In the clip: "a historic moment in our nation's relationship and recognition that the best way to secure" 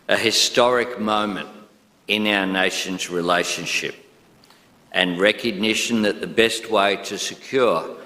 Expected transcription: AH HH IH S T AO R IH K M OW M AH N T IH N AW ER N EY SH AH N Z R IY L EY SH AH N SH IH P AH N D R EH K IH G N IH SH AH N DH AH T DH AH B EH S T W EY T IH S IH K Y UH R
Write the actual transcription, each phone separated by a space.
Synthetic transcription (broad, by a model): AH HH IH S T AO R IH K M OW M AH N T IH N AW ER N EY SH AH N Z R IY L EY SH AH N SH IH P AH N R EH K IH G N IH SH AH N DH AH T DH AH B EH S T W EY T IH S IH K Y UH R